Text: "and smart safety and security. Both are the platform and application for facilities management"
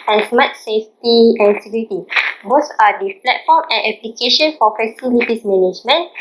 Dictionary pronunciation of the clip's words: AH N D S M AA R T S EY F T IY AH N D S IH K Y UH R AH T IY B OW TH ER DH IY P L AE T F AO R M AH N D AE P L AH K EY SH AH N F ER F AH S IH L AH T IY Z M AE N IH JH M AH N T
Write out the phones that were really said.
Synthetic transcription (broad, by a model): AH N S M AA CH S EY F T IY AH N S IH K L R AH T IY B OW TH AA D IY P L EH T F AO M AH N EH P L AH K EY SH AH N F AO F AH S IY L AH T IY S M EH N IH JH M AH N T